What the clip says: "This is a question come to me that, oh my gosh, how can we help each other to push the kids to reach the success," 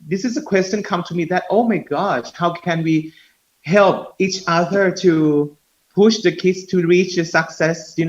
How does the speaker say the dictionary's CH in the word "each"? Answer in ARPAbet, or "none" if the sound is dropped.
CH